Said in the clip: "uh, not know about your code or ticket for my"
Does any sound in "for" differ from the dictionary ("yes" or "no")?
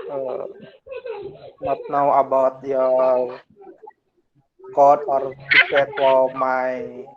yes